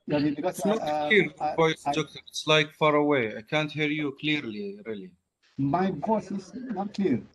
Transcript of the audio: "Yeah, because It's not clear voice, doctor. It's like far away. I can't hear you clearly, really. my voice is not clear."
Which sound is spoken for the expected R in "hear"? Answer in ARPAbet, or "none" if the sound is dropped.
R